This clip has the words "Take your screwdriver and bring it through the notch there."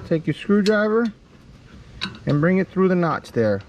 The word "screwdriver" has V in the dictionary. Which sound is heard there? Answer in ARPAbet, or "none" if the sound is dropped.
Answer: V